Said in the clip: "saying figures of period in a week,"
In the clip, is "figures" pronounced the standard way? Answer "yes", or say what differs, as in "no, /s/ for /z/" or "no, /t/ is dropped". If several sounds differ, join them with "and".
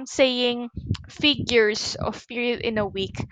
no, /s/ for /z/